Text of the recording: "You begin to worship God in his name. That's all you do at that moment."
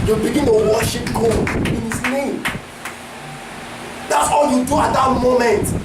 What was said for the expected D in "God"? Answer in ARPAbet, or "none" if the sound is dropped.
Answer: none